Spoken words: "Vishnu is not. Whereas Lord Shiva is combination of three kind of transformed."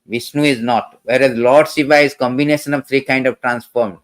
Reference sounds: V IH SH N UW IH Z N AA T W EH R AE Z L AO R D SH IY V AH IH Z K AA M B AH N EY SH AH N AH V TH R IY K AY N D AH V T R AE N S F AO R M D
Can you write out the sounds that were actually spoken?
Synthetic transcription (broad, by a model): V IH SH N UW IH Z N AA T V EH R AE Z L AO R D S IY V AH IH Z K AA M B AH N EY SH AH N AH V T R IY K AY N D AH V T R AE N S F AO R M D